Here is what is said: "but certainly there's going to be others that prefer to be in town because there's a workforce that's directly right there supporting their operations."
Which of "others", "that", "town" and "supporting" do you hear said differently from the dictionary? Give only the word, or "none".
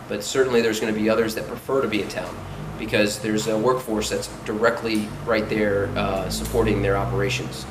none